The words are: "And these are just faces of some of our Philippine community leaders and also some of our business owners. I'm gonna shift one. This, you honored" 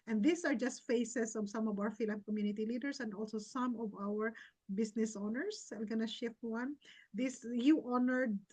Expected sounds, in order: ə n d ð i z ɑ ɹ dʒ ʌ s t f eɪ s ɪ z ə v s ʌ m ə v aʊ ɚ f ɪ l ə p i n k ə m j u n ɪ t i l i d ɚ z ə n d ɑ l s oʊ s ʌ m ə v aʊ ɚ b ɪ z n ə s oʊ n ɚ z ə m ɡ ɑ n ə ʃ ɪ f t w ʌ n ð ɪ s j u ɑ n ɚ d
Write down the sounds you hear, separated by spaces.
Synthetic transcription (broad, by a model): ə n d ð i s ɑ ɹ dʒ ʌ s t f eɪ s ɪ s ə v s ʌ m ə v aʊ ɚ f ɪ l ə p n k ə m j u n ɪ t i l i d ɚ s ə n d ɑ l s oʊ s ʌ m ə v aʊ ɚ b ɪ s n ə s oʊ n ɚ s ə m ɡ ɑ n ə ʃ ɪ f t w ʌ n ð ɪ s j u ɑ n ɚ d